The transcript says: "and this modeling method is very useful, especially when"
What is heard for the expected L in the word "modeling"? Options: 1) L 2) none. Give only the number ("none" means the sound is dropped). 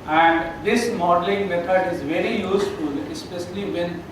1